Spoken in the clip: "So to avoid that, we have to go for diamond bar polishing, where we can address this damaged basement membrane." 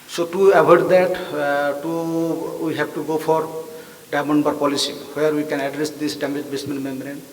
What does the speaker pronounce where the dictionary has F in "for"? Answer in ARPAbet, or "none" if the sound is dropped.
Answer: P